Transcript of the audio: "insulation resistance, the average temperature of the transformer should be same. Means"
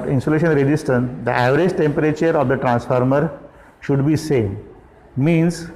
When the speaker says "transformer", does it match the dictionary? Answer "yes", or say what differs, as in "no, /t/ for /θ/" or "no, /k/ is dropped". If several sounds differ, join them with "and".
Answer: yes